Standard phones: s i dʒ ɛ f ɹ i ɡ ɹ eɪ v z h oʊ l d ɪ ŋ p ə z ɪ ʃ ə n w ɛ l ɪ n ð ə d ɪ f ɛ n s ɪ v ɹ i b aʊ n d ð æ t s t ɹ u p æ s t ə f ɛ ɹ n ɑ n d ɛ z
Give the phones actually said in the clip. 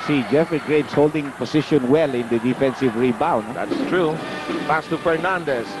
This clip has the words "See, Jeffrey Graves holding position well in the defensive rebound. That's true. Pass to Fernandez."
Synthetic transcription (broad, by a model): s i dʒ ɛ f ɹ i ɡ ɹ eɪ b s h oʊ l d ɪ ŋ p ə s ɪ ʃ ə n w ɛ l ɪ n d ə d ɪ f ɛ n s ɪ v ɹ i b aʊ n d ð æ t s t ɹ u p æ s t ə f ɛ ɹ n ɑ n d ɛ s